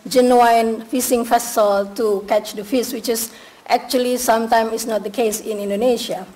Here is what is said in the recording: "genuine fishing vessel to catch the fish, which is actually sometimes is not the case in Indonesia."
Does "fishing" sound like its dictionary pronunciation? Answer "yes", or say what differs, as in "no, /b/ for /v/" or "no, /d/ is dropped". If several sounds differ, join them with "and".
no, /s/ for /ʃ/